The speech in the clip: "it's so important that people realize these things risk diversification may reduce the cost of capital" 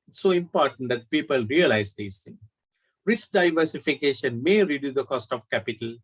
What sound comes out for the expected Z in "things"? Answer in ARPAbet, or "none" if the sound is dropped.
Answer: none